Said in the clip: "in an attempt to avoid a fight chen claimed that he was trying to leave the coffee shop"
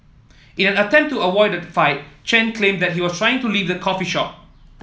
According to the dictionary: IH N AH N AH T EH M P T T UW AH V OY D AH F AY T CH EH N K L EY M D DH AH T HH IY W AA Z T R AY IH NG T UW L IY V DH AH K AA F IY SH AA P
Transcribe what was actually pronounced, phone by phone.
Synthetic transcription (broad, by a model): IH N AH N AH T EH M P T T UW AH W OY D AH F AY T CH EH N K L EY M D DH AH T HH IY W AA S T R AY IH NG T UW L IY V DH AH K AA F IY SH AA P